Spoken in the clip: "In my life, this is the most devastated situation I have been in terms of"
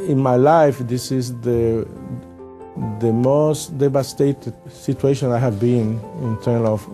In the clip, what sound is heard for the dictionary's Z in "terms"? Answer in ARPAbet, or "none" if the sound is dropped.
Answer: none